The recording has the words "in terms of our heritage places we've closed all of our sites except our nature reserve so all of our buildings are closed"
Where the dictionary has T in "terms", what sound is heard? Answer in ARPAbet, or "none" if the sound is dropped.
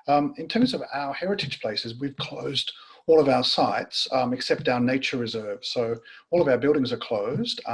T